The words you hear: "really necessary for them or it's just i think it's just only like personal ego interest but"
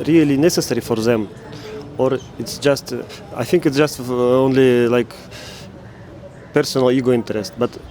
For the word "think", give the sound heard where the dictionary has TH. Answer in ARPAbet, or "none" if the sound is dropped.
TH